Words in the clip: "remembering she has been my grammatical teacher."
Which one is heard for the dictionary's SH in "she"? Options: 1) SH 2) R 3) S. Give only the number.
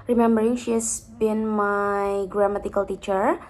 1